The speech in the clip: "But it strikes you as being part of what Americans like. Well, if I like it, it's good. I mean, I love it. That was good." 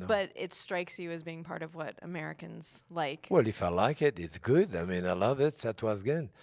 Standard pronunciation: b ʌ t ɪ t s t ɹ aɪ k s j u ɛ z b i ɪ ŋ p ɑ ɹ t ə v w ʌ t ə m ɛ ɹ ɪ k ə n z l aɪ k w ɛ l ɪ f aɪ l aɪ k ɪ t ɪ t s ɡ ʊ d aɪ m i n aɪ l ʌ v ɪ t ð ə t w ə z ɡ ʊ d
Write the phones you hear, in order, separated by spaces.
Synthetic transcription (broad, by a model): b ʌ t ɪ t s t ɹ aɪ k s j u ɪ z b i ɪ ŋ p ɑ ɹ t ə v w ʌ t ə m ɛ ɹ ɪ k ə n z l aɪ k w ɛ l ɪ f aɪ l aɪ k ɪ t ɪ t s ɡ ʊ d aɪ m i n aɪ l ʌ v ɪ t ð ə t w ə z ɡ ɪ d